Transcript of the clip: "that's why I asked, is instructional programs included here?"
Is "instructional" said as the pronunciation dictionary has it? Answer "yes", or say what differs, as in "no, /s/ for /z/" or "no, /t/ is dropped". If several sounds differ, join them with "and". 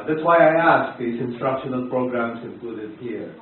yes